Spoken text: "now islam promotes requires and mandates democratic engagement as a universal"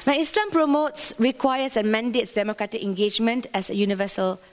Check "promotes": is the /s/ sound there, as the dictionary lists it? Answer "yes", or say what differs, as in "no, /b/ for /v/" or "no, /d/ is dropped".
yes